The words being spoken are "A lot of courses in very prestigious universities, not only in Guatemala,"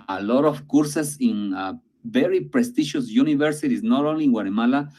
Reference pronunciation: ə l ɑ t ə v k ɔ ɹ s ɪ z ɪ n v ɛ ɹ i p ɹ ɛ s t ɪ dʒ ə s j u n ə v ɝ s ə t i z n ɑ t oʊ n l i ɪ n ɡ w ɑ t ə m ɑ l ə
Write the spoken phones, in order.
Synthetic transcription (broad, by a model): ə l ɑ t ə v k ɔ ɹ s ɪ s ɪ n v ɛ ɹ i p ɹ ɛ s t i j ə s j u n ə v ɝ s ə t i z n ɑ t oʊ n l i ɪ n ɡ w ɑ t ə m ɑ l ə